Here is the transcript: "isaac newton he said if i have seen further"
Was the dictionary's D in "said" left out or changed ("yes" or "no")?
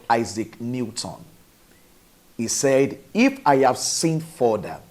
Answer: no